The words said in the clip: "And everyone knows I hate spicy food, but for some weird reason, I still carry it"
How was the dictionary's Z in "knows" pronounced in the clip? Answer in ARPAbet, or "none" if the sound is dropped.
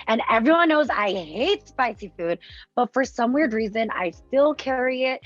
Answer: Z